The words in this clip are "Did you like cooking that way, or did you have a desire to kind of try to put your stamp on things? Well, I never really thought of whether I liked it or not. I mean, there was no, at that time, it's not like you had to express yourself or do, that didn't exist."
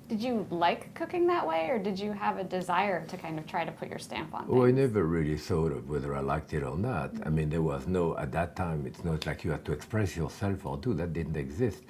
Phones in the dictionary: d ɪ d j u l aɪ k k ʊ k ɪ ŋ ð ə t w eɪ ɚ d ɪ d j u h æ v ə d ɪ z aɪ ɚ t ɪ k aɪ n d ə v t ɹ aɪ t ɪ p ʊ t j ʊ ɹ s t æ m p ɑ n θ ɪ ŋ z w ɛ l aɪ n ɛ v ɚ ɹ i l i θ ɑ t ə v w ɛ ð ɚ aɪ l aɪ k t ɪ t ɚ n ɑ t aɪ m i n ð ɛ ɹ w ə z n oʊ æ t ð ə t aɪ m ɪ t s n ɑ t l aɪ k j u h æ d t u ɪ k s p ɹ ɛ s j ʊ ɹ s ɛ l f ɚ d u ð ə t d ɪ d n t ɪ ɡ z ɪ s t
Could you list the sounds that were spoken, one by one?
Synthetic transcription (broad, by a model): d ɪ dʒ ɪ l aɪ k k ʊ k ɪ ŋ ð ə t w eɪ ɚ d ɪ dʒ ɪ v ə d ɪ z aɪ ɚ t ɪ k aɪ n d ə v t ɹ aɪ t ɪ p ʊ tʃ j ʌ ɹ s t æ m p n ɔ aɪ n ɛ v ɚ ɹ i l i θ ɑ t ə v w ɛ ð ɚ aɪ l aɪ k t ɪ t ɚ n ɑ t aɪ m i n ð ɛ ɹ w ə z n oʊ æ t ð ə t aɪ m ɪ t s n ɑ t l aɪ k j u h æ d t u ɪ k s p ɹ ɛ s j ʊ ɹ s ɛ l f ɚ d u ð ə t d ɪ d n t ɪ ɡ z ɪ s t